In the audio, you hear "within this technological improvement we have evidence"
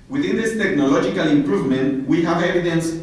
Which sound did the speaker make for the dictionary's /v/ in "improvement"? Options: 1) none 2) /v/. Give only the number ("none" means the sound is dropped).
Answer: 2